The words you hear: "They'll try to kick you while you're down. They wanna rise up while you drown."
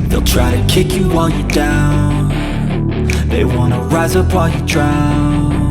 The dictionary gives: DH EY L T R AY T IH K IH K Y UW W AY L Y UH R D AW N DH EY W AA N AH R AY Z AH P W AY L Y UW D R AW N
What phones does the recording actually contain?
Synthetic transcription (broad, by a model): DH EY L T R AY T IH K IH K Y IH W AY L Y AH R D AW N DH EY W AA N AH R AY Z AH P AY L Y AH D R AW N